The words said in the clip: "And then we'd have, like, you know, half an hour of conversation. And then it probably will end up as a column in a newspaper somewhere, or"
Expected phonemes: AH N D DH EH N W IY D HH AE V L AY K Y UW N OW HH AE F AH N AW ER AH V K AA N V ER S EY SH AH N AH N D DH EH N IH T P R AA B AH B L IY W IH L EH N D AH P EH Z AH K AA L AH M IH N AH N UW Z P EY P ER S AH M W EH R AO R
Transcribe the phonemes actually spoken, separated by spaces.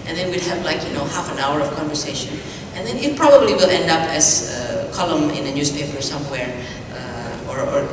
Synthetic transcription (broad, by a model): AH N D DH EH N W IY D HH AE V L AY K Y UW N OW HH AE F AH N AW ER AH V K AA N V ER S EY SH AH N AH N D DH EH N IH T P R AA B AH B L IY W IH L EH N D AH P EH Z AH K AA L AH M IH N AH N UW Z P EY P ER S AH M W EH R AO R